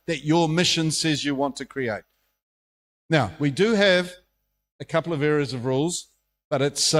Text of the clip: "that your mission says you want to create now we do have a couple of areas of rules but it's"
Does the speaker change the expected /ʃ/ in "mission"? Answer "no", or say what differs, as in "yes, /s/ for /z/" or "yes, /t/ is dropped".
no